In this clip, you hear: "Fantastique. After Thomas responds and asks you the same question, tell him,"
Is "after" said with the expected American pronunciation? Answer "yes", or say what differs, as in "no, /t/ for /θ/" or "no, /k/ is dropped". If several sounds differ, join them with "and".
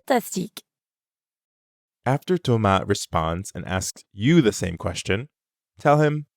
yes